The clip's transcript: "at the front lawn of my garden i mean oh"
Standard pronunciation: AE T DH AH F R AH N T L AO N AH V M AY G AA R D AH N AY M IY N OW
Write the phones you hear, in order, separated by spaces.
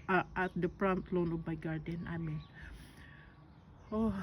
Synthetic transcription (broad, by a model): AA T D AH P R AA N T L AO N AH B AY G AA R D AH N AY M IY N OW